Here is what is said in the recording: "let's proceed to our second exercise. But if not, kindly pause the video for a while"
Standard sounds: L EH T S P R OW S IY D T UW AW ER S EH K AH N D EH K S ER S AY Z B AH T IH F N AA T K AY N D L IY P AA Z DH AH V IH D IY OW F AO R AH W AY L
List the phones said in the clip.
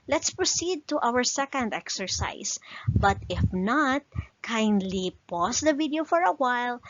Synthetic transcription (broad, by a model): L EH T S P R OW S IY D T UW AW ER S EH K AH N D EH K S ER S AY S B AH T IH F N AA T K AY N D L IY P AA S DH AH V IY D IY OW F AO R AH W AY L